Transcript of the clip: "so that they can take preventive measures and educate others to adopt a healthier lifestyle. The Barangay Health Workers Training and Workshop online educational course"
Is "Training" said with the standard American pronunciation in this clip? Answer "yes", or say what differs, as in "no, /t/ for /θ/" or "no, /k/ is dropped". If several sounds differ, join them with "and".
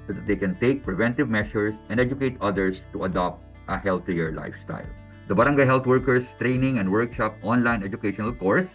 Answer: yes